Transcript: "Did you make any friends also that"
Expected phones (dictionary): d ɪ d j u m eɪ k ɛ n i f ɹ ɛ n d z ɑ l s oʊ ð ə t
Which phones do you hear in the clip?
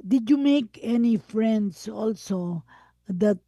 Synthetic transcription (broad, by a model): d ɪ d j u m eɪ k ɛ n i f ɹ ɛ n d s ɑ l s oʊ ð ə t